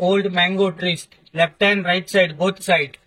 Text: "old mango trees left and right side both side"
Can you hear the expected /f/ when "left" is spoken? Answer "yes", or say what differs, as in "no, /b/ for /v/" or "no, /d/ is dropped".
no, /p/ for /f/